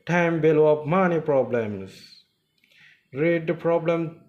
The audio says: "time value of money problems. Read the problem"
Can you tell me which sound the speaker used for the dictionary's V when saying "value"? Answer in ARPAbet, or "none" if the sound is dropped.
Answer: B